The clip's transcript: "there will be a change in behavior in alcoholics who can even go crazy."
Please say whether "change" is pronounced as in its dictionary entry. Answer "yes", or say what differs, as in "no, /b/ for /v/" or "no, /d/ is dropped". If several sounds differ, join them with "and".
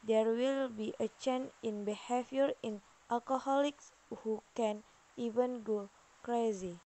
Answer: no, /dʒ/ is dropped